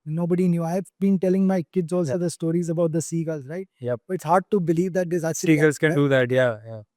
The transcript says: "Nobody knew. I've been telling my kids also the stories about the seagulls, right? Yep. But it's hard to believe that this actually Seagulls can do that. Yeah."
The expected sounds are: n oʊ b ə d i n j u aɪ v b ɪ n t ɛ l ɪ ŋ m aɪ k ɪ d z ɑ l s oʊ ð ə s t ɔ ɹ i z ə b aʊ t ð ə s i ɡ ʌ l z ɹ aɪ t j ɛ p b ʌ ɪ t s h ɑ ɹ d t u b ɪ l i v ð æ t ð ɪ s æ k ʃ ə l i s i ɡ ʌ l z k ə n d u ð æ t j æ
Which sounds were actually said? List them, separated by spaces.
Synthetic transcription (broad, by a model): n oʊ b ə d i n j u aɪ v b ɪ n t ɛ l ɪ ŋ m aɪ k ɪ d z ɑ l oʊ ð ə s t ɔ ɹ i z ə b aʊ t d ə s i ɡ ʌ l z ɹ aɪ t j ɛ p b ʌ ɪ t s h ɑ ɹ d t u b ɪ l i v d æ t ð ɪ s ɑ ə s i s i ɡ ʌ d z k ə n d u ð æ t j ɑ